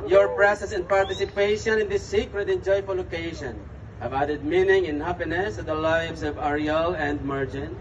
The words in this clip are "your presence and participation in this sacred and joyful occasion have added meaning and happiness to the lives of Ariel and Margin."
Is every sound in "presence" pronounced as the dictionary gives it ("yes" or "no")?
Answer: no